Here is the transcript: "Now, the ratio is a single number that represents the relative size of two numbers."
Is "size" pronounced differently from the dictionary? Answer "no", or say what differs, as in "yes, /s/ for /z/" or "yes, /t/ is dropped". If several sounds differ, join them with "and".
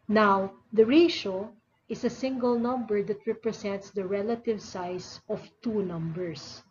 yes, /s/ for /z/